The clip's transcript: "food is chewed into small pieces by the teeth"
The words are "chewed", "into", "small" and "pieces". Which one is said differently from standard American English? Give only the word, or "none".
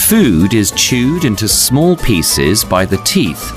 none